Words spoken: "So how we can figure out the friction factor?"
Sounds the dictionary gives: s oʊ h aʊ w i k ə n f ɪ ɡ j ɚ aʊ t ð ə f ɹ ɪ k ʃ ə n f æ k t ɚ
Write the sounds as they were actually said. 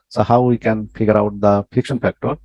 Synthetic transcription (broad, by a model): s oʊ h aʊ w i k ə n f ɪ ɡ j ɚ aʊ t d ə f ɪ k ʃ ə n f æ k t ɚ